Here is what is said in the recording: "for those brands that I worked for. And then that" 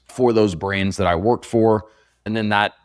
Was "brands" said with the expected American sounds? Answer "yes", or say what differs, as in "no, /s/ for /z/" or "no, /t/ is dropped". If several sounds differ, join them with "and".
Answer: yes